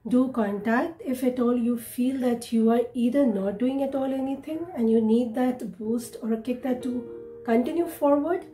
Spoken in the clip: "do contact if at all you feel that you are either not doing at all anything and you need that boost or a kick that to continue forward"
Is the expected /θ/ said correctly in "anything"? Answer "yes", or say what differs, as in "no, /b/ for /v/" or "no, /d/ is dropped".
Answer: no, /t/ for /θ/